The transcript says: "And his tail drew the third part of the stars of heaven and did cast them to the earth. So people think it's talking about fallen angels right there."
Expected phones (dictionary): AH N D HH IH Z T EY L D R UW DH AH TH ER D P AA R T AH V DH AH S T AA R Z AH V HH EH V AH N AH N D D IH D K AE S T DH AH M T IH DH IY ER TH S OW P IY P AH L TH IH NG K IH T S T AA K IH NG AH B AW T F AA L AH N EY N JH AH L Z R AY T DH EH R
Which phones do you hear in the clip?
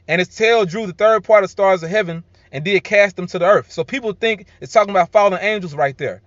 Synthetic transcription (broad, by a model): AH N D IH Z T EY L D R UW DH AH TH ER D P AA R T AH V S T AA R Z AH V HH EH V AH N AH N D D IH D K AE S T DH AH M T IH DH IY ER TH S OW P IY P L TH IH NG K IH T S T AA K IH NG AH B AW T F AA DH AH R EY N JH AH L Z R AY T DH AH R